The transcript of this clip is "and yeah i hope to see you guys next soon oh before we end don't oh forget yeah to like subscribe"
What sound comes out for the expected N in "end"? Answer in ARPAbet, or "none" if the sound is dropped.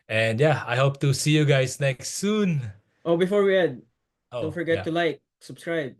none